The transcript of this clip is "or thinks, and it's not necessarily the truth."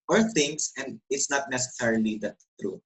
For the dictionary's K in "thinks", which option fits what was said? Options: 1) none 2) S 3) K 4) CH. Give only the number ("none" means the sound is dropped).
1